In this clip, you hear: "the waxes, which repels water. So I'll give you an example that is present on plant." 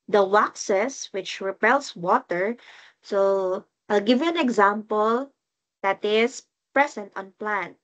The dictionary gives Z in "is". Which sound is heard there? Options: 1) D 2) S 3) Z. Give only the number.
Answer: 2